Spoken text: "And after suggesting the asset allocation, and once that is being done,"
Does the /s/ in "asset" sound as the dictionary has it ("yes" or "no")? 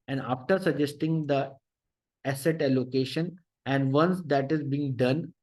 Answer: yes